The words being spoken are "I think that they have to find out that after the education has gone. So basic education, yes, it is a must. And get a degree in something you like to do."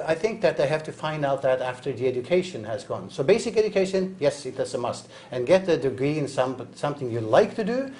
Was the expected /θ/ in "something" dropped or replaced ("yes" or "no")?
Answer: no